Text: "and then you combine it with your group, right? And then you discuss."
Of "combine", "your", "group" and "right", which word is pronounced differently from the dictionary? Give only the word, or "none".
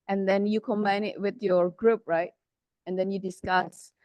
none